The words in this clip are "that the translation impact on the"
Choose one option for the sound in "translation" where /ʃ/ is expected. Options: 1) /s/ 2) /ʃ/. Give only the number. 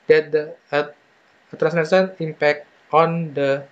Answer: 1